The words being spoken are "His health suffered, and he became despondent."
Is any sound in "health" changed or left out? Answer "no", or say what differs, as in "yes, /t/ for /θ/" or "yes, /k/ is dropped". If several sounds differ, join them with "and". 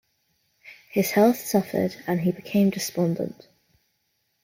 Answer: no